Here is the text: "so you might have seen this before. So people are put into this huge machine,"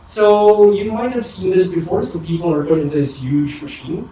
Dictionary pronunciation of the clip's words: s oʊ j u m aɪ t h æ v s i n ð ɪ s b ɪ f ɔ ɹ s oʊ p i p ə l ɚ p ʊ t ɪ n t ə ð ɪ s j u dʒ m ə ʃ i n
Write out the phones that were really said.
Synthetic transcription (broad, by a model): s oʊ j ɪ m aɪ t h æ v s i n ð ɪ s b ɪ f ɔ ɹ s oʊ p i p l ɚ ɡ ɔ ɪ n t ð ɪ s j u dʒ m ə ʃ i n